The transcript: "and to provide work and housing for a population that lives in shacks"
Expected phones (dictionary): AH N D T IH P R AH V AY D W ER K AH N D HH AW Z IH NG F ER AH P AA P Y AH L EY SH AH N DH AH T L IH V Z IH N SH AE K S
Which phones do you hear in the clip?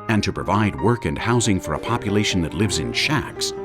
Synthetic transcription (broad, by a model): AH N T IH P R AH V AY D W ER K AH N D HH AW Z IH NG F ER AH P AA P Y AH L EY SH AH N DH AH T L IH V Z IH N SH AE K S